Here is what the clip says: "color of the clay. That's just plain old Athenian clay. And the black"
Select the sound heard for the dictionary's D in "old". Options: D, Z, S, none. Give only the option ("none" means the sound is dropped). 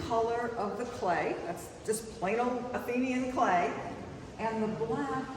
none